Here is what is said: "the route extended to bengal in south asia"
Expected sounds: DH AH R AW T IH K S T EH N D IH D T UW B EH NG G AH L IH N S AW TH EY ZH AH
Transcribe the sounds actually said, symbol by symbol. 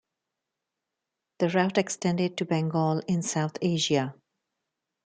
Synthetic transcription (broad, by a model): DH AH R AW T IH K S T EH N D IH D T UW B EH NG G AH L IH N S AW T EY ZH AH